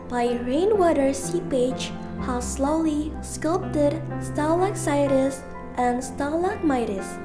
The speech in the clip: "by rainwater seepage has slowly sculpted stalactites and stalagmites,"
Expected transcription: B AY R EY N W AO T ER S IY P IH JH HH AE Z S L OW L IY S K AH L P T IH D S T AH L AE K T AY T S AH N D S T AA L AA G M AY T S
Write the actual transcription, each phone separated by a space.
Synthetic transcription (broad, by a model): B AY R EY N W AO T ER S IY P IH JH HH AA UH S L OW L IY S K AH L P T IH D S T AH L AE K S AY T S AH N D S T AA L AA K M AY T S